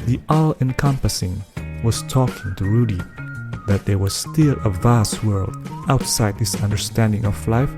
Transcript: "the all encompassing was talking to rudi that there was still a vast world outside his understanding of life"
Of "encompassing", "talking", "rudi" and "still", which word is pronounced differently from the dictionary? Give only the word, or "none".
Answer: none